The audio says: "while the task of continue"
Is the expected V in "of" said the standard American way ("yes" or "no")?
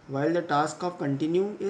no